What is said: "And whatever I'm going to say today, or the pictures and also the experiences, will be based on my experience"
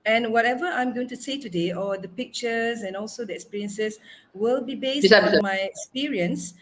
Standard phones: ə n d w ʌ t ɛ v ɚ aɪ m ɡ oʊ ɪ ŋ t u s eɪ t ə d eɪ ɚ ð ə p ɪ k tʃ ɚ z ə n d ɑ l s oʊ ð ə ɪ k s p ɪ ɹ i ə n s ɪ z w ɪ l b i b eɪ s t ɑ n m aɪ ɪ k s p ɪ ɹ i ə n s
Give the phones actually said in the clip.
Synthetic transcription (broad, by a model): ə n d w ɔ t ɛ v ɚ aɪ m ɡ oʊ ɪ ŋ t u s eɪ t ə d eɪ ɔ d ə p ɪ k tʃ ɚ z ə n ɑ l s oʊ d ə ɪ k s p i ɹ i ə n s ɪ s w ɪ l b i b eɪ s i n m aɪ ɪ k s p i ɹ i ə n s